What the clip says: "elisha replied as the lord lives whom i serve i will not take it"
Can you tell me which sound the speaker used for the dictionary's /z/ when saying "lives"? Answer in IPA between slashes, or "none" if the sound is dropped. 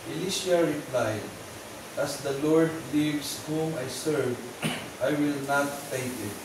/s/